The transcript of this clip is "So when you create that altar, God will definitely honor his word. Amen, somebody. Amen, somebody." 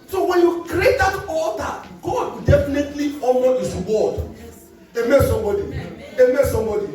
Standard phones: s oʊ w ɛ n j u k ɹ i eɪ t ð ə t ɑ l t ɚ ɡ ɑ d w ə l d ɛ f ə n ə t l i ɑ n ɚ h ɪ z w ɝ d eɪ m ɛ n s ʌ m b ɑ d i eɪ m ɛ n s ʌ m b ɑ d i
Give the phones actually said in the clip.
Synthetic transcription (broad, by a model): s oʊ w ɛ n j u k ɹ i eɪ t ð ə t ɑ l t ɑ ɡ ɑ d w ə d ɛ f ə n ə t l i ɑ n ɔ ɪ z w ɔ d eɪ m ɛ s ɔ m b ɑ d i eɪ m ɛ s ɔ m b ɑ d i